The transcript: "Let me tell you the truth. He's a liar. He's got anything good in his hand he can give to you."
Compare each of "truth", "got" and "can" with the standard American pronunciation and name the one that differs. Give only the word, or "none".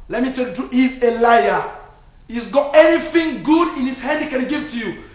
truth